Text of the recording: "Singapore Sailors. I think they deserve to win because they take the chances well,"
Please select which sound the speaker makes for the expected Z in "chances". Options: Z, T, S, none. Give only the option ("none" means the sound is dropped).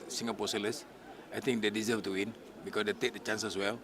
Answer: S